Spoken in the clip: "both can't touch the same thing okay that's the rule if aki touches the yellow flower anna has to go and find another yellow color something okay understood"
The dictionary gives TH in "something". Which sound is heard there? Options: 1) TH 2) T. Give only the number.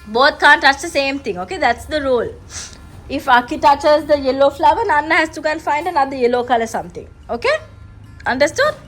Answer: 2